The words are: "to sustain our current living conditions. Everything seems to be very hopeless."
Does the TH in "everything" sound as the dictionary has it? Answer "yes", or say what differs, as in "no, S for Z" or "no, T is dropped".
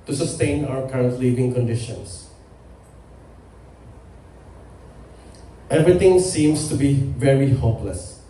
no, T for TH